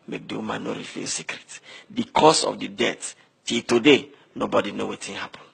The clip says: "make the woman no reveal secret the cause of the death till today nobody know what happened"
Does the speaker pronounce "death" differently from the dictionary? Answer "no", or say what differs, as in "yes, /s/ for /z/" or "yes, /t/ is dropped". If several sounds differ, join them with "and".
yes, /t/ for /θ/